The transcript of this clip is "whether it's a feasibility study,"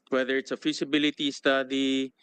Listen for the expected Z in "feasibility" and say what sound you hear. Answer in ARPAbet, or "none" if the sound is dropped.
S